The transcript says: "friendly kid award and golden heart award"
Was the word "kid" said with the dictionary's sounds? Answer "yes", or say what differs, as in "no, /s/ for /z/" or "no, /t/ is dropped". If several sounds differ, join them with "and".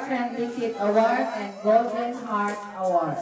no, /d/ is dropped